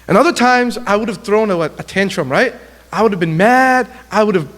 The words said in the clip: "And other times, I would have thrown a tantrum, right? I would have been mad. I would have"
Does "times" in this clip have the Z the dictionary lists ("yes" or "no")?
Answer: yes